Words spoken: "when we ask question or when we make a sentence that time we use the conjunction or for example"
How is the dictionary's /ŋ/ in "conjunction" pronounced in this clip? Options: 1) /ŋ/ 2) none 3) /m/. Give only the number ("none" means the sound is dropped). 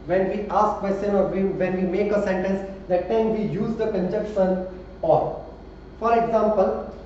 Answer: 2